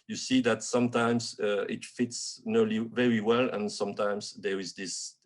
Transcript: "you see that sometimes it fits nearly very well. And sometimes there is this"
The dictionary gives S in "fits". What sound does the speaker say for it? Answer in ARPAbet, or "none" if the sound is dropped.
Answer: S